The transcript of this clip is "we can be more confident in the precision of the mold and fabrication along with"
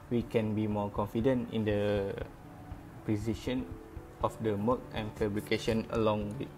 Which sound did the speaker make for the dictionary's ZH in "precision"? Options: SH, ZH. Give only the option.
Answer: SH